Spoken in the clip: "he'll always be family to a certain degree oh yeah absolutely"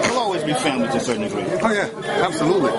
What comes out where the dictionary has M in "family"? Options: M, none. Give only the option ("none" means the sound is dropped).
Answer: none